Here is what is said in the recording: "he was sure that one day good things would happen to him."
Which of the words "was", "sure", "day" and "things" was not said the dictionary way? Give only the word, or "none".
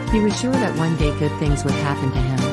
none